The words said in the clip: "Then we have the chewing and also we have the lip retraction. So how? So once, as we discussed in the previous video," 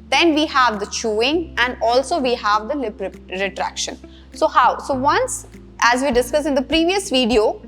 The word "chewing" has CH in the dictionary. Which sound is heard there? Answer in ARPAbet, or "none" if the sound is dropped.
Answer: CH